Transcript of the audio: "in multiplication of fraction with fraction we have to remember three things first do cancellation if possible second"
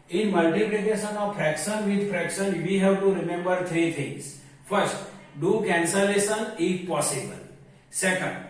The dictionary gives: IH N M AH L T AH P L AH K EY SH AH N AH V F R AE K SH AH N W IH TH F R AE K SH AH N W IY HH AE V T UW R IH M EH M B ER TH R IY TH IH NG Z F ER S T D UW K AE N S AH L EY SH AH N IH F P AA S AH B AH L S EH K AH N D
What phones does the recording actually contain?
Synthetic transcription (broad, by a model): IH N M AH L T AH P L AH K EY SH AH N AH V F R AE K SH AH N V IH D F R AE K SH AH N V IY HH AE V T UW R IH M EH M B ER T R IY T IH NG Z F ER S T D UW K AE N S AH L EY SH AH N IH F P AA S AH B AH L S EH K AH N D